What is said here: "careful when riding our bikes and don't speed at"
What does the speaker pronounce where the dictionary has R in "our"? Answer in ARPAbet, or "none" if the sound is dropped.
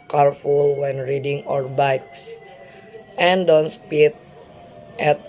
R